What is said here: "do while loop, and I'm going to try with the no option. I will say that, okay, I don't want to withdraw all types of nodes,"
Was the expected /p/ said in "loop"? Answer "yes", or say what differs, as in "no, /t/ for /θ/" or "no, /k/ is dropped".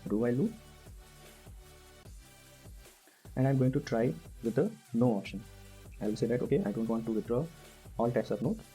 no, /p/ is dropped